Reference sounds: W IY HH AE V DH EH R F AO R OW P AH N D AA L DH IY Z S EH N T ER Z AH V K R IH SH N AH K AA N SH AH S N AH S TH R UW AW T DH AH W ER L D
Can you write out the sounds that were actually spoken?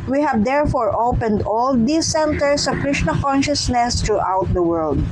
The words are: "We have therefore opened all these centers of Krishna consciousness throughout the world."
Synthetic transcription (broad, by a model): W IY HH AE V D EH R F AO R OW P AH N D AA L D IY S EH N T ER S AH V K R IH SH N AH K AA N SH AH S N AH S T R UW AW T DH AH W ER L D